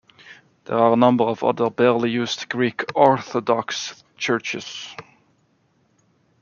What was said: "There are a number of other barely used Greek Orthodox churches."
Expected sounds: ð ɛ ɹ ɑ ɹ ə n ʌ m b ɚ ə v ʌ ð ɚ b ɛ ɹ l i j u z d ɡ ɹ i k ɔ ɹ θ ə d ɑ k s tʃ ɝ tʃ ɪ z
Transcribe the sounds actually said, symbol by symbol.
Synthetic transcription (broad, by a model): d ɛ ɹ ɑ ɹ ə n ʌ m b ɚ ə v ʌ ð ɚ b ɛ ɹ l i j u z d ɡ ɹ i k ɔ ɹ θ ə d ɑ k s tʃ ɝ tʃ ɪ s